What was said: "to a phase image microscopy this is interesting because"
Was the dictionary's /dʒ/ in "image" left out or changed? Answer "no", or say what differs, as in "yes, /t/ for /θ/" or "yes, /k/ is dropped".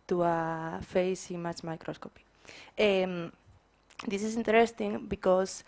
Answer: yes, /tʃ/ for /dʒ/